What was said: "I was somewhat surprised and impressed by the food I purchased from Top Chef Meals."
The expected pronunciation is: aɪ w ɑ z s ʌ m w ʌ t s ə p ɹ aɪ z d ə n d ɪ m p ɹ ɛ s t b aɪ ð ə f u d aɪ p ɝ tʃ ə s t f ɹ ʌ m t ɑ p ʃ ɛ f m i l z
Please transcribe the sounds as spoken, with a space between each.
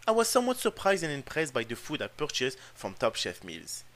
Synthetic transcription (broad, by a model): aɪ w ɑ z s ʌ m w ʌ t s ə p ɹ aɪ z d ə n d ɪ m p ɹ ɛ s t b aɪ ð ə f u d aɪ p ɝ tʃ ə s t f ɹ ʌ m t ɑ p ʃ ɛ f m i l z